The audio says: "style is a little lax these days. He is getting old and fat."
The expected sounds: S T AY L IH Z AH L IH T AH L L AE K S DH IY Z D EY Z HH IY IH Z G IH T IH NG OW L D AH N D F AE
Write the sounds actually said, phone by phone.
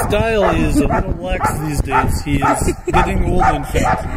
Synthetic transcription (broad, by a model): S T AY L IH Z AH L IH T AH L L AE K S DH IY Z D EY Z HH IY IH Z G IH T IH NG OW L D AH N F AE